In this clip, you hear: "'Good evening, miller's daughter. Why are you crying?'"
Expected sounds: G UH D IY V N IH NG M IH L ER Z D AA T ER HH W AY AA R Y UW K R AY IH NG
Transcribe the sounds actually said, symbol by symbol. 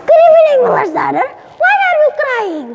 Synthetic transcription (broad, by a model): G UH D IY W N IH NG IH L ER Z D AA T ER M W AY AA R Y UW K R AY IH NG